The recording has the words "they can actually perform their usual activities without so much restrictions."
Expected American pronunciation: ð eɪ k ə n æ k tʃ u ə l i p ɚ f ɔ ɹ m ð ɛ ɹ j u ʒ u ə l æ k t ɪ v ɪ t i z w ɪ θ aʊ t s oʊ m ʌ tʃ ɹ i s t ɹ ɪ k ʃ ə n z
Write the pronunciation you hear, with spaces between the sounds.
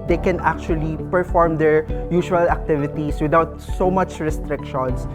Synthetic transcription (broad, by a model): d eɪ k ə n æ k tʃ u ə l i p ɚ f ɔ ɹ m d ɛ ɹ j u ʃ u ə l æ k t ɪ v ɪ t i s w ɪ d aʊ t s oʊ m ʌ tʃ ɹ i s t ɹ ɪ k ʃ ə n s